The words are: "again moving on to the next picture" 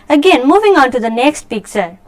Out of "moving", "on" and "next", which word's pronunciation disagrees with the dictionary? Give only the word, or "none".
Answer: none